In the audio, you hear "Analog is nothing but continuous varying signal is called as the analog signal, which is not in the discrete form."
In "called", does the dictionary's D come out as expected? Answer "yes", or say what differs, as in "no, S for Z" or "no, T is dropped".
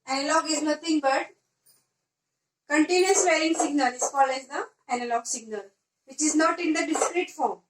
no, D is dropped